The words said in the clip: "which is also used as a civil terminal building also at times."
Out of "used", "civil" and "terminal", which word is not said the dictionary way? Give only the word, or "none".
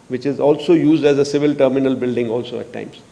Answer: none